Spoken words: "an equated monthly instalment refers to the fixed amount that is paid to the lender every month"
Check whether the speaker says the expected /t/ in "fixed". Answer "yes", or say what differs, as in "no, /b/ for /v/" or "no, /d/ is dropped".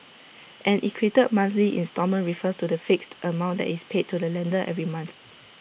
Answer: yes